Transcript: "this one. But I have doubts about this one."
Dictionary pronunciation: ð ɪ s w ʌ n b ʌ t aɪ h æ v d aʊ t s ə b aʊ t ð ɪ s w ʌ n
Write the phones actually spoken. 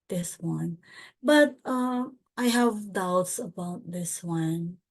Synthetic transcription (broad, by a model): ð ɪ s w ʌ n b ʌ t aɪ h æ v d aʊ t s ə b aʊ t ð ɪ s w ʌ n